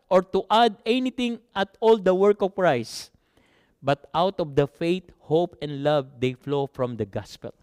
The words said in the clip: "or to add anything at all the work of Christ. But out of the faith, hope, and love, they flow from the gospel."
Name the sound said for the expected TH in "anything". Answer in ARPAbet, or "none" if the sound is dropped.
T